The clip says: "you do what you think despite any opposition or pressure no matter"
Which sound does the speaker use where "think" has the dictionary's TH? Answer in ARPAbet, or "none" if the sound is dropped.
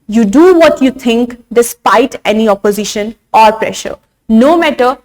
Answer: T